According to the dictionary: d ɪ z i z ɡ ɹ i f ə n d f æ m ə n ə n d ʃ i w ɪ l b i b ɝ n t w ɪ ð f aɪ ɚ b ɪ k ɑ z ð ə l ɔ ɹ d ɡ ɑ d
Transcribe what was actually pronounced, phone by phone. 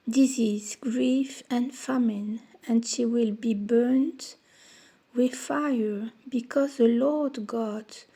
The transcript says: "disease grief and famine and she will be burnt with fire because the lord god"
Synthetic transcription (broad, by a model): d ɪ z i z ɡ ɹ i f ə n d f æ m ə n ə n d ʃ i w ɪ l b i b ɝ n t w ɪ ð f aɪ ɚ b ɪ k ɑ z ð ə l ɔ ɹ d ɡ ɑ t